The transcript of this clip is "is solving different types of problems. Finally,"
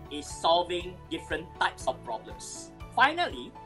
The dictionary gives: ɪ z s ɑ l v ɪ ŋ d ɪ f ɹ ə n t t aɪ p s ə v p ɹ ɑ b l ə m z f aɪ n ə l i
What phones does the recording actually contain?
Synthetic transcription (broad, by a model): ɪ s ɑ l v ɪ ŋ d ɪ f ɹ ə n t t aɪ p s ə f p ɹ ɑ b l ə m s f aɪ n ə l i